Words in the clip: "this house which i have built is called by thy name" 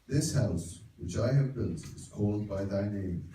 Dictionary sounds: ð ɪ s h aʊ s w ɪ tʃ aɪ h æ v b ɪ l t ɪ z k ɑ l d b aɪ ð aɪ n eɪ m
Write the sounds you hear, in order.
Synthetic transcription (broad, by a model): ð ɪ s h aʊ s w ɪ tʃ aɪ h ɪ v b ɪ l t ɪ z k ɑ l d b aɪ ð aɪ n eɪ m